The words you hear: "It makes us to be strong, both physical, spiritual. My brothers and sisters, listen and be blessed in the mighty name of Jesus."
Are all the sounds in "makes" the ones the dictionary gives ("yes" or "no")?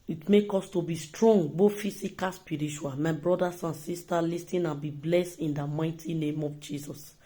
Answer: no